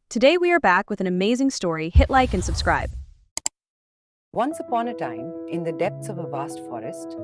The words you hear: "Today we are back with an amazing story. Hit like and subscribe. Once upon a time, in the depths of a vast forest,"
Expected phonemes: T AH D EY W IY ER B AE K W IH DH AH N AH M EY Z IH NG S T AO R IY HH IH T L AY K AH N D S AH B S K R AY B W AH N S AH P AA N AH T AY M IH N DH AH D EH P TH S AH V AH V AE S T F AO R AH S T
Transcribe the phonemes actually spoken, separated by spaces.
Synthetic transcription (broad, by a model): T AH D EY W IY ER B AE K W IH DH AH N AH M EY Z IH NG S T AO R IY HH IH T L AY K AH N S AH B S K R AY B W AH N S AH P AA N AH T AY M IH N DH AH D EH P TH S AH V AH V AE S T F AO R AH S T